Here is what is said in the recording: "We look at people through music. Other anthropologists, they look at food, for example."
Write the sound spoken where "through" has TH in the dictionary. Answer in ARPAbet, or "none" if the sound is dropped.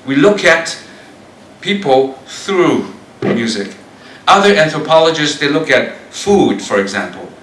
TH